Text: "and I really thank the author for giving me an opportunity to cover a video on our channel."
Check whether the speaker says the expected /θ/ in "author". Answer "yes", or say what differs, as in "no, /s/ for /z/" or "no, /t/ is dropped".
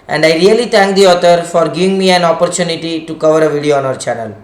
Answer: no, /t/ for /θ/